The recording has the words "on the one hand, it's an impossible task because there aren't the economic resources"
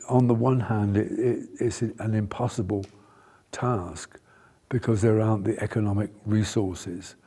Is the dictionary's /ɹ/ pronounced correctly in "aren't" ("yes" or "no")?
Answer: no